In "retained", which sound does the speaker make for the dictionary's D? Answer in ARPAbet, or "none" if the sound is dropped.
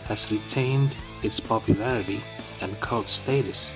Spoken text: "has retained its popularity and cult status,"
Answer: D